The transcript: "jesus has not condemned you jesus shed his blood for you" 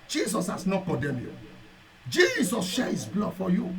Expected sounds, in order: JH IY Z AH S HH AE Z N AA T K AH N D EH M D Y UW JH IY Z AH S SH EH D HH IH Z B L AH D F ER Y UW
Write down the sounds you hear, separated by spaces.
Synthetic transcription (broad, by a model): JH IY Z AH S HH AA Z N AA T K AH D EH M Y UW JH IY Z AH S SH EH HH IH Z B L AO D F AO Y UW